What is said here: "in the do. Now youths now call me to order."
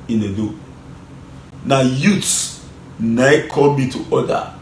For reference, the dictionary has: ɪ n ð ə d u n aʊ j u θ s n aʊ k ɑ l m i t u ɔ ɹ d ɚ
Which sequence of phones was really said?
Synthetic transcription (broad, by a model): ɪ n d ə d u n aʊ j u t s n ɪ k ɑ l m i t u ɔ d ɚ